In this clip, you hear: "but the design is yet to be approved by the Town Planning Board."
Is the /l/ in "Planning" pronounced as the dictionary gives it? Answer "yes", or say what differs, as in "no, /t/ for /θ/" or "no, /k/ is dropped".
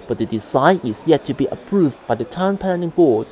no, /n/ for /l/